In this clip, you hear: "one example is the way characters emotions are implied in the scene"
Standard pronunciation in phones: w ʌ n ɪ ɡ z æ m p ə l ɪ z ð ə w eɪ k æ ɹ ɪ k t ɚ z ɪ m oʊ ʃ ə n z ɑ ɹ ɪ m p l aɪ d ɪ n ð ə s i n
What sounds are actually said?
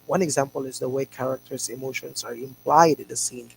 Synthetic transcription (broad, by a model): w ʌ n ɪ ɡ z æ m p ə l ɪ z ð ə w eɪ k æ ɹ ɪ k t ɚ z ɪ m oʊ ʃ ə n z ɑ ɹ ɪ m p l aɪ d ɪ n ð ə s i n